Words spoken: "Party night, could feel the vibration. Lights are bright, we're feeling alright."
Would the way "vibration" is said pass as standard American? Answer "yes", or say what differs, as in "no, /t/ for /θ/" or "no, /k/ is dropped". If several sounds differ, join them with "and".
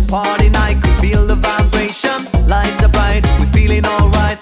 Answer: yes